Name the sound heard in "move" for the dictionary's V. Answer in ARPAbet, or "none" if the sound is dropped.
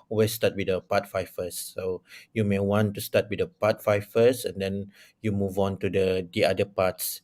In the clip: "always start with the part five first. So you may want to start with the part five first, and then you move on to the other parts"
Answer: V